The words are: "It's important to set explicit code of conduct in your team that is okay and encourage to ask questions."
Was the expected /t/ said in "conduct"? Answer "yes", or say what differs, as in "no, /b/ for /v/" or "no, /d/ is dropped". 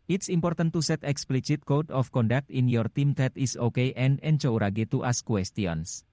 yes